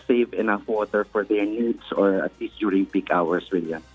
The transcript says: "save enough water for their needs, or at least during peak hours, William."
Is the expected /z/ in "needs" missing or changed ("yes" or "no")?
yes